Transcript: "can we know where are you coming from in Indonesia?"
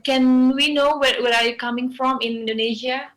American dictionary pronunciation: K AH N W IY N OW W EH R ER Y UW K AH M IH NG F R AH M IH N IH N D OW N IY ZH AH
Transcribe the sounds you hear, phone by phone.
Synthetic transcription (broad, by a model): K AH N W IY N OW W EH W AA Y UW K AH M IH NG F R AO M IH N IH N D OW N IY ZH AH